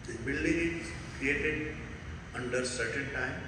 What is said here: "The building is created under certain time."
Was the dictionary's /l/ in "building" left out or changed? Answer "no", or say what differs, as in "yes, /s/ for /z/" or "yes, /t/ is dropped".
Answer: no